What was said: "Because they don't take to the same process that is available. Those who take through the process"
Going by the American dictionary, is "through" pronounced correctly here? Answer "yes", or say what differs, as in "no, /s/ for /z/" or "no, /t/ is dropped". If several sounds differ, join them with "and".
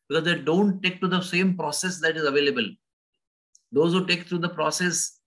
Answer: no, /t/ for /θ/